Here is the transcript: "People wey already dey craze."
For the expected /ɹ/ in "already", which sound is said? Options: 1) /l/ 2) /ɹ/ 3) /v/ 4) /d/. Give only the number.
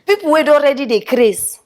2